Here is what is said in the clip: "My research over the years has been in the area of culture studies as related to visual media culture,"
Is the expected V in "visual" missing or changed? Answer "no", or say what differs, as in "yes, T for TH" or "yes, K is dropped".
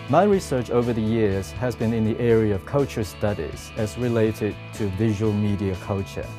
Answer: no